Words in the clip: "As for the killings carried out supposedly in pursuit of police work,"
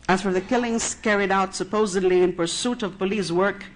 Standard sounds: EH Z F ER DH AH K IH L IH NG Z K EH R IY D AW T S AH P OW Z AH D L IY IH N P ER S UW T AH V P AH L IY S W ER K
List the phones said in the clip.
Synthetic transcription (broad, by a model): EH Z F ER DH AH K IH L IH NG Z K EH R IY D AW T S AH P OW Z AH D L IY IH N P ER S UW T AH V P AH L IY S W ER K